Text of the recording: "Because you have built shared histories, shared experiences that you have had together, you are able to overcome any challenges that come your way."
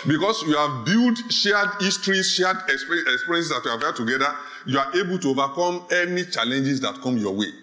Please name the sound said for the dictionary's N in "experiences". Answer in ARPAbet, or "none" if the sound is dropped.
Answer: none